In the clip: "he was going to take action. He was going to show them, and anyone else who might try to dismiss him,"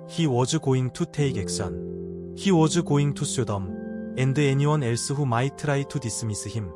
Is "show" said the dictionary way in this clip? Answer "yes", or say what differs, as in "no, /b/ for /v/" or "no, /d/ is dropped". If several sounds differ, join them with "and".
no, /s/ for /ʃ/